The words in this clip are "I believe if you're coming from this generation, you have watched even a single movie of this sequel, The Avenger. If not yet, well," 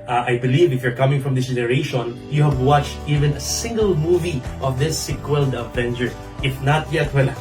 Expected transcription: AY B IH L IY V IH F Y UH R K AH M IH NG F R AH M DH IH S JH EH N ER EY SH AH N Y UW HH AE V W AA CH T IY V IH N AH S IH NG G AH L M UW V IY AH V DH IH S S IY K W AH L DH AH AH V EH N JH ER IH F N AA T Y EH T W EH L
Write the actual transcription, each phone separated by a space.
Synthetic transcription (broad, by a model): AY B IH L IY V IH F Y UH R K AH M IH NG F R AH M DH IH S JH EH N ER EY SH AH N Y UW HH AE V W AA CH T IY V IH N AH S IH NG G AH L M UW V IY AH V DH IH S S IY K W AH L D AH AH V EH N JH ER IH F N AA T Y EH T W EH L